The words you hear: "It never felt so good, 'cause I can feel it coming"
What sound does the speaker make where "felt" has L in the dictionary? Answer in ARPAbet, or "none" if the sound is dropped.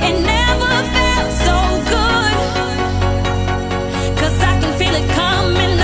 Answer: none